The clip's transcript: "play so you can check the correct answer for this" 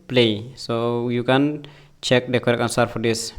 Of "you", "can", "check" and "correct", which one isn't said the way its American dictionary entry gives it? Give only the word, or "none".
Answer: correct